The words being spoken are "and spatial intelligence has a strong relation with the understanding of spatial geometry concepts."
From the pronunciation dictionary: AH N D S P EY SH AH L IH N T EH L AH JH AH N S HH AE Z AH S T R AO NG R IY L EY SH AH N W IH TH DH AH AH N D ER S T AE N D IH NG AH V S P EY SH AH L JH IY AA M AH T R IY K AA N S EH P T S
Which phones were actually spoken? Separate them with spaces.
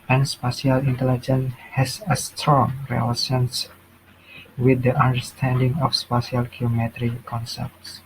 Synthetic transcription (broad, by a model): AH N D S P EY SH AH L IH N T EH L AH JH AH N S HH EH S AH S T R AO NG R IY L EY S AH N W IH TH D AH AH N D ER S T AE N D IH NG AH F S P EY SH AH L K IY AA M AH T R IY K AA N S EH P T S